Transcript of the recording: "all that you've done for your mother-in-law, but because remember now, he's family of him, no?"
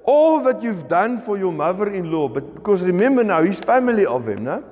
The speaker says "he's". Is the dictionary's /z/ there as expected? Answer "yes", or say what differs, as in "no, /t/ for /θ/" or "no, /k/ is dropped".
no, /s/ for /z/